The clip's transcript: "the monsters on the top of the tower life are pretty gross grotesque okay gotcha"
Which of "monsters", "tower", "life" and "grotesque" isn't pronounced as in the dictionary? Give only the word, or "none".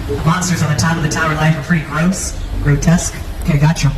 none